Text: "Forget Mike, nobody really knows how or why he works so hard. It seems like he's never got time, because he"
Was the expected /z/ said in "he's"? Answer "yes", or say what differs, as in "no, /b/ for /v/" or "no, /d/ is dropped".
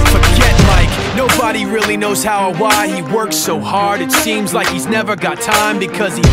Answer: yes